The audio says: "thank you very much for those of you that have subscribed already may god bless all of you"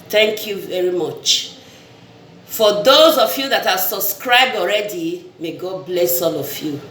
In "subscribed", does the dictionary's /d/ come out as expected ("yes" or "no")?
yes